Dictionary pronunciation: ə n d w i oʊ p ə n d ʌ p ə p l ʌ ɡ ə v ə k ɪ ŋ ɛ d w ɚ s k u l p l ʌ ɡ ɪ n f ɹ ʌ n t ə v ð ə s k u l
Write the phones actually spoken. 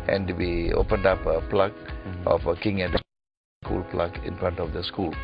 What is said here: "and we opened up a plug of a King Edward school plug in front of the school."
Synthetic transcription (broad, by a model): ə n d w i oʊ p ə n d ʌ p ə p l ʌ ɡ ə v ə k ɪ ŋ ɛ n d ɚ s k u l p l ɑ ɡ ɪ n f ɹ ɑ n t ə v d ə s k u l